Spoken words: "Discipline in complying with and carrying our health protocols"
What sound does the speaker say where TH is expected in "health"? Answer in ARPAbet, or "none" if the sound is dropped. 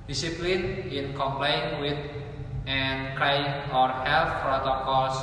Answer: F